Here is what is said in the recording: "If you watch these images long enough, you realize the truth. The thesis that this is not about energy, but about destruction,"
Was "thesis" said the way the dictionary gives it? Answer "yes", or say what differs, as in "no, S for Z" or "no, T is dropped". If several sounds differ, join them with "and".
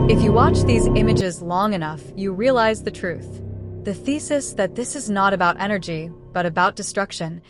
yes